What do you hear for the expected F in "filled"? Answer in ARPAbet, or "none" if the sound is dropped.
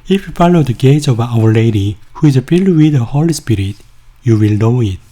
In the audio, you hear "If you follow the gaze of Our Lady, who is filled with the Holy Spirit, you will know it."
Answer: P